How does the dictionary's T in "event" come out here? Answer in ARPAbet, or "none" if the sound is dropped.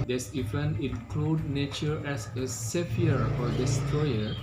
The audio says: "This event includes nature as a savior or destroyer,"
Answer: none